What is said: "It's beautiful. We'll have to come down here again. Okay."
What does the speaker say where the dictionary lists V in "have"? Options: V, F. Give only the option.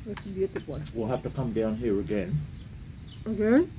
F